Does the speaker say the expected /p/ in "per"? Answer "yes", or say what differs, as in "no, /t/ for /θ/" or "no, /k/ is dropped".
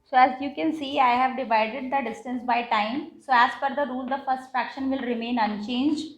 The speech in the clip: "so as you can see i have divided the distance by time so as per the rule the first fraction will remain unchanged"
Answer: no, /f/ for /p/